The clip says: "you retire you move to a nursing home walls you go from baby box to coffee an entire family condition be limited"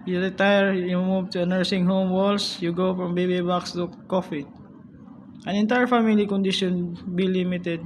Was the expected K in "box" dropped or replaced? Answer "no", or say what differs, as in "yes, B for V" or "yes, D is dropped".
no